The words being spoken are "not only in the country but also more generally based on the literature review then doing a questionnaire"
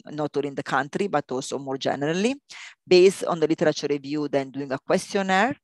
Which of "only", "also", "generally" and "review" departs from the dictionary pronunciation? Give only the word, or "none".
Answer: only